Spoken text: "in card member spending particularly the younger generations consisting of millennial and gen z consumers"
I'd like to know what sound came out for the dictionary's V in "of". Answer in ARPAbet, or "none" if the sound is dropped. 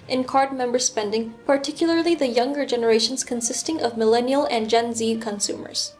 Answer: V